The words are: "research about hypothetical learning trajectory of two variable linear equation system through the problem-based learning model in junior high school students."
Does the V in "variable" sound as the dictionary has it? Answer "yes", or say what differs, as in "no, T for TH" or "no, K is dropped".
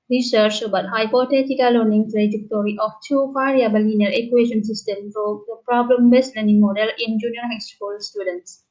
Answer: no, F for V